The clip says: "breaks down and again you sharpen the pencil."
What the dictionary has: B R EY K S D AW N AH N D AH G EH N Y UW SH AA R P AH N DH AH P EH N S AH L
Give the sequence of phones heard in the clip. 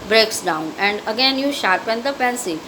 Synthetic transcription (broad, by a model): B R EY K S D AW N AH N D AH G EH N Y UW SH AA R P AH N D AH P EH N S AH